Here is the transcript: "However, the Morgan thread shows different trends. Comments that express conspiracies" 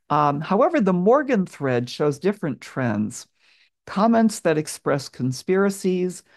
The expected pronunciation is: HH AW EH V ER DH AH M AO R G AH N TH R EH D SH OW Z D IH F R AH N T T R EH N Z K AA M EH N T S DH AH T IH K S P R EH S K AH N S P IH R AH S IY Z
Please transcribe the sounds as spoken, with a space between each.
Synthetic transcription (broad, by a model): HH AW EH V ER DH AH M AO R G AH N TH R EH D SH OW Z D IH F R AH N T T R EH N Z K AA M EH N T S DH AH T IH K S P R EH S K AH N S P IH R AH S IY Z